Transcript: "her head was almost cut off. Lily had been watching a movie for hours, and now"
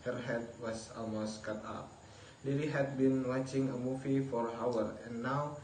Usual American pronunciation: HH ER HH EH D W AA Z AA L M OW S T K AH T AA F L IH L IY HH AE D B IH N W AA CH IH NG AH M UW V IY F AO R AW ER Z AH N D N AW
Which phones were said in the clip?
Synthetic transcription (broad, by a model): HH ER HH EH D W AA S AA L M OW S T K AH T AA P L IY L IY HH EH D B IH N W AA CH IH NG AH M UW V IY F AO R AW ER AH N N AW